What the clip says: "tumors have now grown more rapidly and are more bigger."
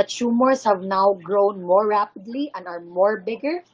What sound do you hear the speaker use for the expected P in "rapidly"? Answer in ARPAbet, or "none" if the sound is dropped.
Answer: P